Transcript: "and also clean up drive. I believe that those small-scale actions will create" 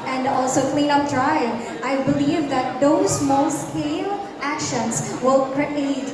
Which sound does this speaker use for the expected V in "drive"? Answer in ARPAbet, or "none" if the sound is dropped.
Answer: none